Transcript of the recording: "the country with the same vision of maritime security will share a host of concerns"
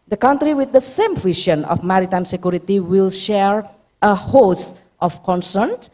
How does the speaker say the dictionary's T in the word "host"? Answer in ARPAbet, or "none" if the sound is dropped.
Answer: T